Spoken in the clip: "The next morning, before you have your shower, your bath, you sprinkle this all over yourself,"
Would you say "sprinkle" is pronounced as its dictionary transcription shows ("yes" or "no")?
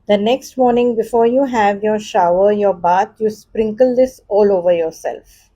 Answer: yes